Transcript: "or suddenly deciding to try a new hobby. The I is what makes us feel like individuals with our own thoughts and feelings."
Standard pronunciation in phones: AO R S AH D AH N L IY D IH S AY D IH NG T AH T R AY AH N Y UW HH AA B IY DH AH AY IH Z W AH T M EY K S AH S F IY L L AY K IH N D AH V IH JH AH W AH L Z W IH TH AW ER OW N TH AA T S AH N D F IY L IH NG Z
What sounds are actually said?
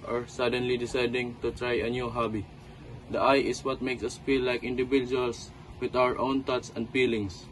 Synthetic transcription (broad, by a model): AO R S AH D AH N L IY D IH S AY D IH NG T AH T R AY AH N Y UW HH AA B IY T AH AY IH S W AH T M EY K S AH S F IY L L AY K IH N D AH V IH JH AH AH L S W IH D AW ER OW N T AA T S AH N D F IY L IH NG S